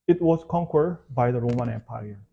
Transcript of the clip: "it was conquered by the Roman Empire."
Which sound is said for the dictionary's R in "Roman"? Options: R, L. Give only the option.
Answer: R